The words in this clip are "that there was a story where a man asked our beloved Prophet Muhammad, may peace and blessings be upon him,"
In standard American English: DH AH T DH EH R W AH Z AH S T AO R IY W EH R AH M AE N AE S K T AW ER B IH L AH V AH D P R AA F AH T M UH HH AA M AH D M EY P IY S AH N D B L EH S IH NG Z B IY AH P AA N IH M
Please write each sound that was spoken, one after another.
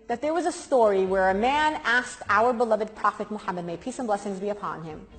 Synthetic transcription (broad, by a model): DH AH T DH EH R W AH Z AH S T AO R IY W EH R AH M AE N AE S K T AW ER B IH L AH V AH D P R AA F AH T M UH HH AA M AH D M EY P IY S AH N B L EH S IH NG Z B IY AH P AA N IH M